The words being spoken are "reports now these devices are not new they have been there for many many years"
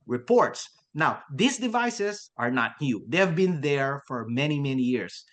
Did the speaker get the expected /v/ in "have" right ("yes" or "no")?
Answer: yes